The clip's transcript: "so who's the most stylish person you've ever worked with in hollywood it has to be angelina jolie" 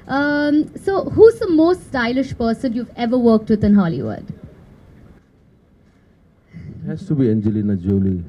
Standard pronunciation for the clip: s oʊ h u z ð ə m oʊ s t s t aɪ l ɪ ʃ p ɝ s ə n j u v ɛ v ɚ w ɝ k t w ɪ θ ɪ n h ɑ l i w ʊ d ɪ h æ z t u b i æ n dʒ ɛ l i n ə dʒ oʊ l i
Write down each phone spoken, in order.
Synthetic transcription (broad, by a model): s oʊ h u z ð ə m oʊ s t s t aɪ l ɪ ʃ p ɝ s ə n j u v ɛ v ɚ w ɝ k t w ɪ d ɪ n h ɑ l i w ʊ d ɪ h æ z t u b i æ n dʒ ɛ l i n ə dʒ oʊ l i